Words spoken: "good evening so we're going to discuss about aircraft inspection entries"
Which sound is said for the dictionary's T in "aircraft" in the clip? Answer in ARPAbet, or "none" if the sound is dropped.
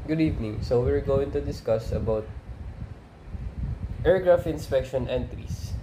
none